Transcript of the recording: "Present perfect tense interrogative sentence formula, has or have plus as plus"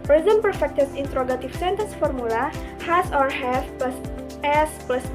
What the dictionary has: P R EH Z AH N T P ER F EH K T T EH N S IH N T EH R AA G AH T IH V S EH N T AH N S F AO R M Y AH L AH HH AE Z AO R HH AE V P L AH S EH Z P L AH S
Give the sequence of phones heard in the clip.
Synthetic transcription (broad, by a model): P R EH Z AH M P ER F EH K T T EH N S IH N T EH R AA G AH T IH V S EH N T AH N S F AO R M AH L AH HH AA S AO R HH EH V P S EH S P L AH S